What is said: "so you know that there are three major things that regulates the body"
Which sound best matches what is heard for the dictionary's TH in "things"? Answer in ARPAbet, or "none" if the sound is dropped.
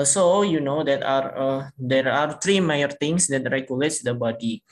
T